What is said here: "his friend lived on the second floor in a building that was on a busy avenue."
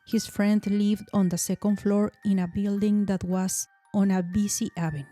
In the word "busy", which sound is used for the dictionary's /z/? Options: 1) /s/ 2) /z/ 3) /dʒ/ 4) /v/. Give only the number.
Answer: 1